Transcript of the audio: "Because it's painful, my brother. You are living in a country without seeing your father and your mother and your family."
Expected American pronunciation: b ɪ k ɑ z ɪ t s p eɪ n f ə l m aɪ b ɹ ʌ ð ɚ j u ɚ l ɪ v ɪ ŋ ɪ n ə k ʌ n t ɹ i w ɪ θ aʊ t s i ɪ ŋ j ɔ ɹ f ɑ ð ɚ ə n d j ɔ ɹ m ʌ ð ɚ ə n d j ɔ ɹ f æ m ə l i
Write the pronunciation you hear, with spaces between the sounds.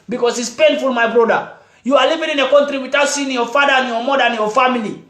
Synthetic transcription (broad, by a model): b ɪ k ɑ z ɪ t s p eɪ n f ə l m aɪ b ɹ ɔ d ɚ j u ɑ l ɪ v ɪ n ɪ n ə k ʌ n t ɹ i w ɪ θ aʊ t s i ɪ ŋ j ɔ f ɑ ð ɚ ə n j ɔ m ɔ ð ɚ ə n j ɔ f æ m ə l i